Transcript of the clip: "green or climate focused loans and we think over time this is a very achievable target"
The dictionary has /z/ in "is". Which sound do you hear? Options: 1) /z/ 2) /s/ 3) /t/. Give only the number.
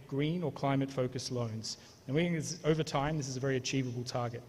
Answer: 1